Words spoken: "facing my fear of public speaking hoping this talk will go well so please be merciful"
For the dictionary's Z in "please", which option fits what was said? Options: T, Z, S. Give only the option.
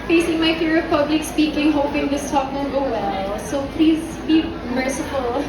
Z